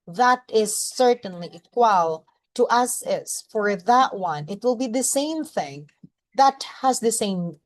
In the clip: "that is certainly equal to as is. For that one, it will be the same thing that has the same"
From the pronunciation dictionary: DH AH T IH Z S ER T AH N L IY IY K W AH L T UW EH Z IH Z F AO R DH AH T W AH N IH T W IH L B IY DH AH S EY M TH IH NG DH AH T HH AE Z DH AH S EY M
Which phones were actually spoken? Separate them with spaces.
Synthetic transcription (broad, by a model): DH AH T IH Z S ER T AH N L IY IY K W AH L T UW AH S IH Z F AO R DH AH T W AH N IH T W IH L B IY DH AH S EY M TH IH NG DH AH T HH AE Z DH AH S EY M